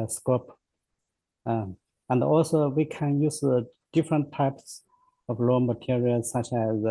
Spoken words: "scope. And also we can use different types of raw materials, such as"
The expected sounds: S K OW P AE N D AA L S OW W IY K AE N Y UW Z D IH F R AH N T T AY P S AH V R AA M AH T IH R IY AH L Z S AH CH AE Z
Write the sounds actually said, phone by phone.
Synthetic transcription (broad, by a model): S K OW P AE N D AA L S OW W IY K AE N Y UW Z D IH F R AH N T T AY P S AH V L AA M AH T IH R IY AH L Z S AH CH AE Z